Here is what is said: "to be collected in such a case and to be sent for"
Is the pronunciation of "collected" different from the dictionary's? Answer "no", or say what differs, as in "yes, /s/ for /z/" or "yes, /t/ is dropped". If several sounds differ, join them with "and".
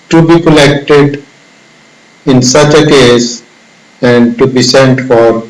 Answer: no